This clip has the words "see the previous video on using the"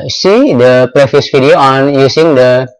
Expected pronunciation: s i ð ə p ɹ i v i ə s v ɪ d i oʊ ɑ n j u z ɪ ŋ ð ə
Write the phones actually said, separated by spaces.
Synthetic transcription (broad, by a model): s i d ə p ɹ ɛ f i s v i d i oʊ ɑ n j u s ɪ ŋ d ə